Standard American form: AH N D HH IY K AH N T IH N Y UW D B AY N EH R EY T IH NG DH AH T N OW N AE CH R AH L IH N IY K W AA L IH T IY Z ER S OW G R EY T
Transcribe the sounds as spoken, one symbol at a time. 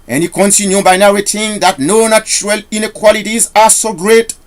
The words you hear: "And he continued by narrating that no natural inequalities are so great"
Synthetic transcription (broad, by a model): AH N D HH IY K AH N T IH N Y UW B AY N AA W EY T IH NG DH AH T N OW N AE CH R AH L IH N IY K W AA L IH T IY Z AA S OW G R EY T